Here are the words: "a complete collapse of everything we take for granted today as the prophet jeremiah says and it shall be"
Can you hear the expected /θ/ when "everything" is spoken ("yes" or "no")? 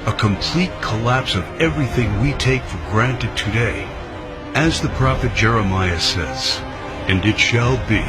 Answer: yes